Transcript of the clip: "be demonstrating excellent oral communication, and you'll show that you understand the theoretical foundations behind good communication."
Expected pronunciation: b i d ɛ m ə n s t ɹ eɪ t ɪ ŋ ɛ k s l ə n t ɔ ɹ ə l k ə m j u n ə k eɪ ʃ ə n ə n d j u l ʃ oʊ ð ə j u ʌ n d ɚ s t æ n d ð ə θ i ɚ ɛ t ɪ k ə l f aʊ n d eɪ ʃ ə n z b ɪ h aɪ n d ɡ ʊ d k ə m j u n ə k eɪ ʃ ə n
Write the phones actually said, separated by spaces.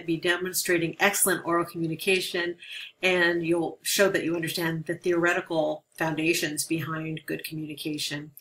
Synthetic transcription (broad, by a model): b i d ɛ m ə n s t ɹ eɪ t ɪ ŋ ɛ k s l ə n t ɔ ɹ l k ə m j u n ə k eɪ ʃ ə n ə n j u l ʃ oʊ ð ə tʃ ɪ ʌ n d ɚ s t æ n ð ə θ i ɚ ɛ t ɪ k l f aʊ n d eɪ ʃ ə n z b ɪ h aɪ n ɡ ʊ d k m j u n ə k eɪ ʃ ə n